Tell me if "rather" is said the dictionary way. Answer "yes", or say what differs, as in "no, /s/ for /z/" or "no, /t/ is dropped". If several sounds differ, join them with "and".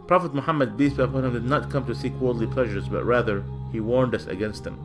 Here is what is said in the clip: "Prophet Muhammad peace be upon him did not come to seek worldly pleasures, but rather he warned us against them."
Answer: yes